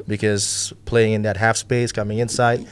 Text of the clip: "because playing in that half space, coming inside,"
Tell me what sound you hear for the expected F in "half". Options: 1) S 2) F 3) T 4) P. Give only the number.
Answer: 2